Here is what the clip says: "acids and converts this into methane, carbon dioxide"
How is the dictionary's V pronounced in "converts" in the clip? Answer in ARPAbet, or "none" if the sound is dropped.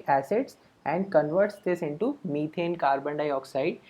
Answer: V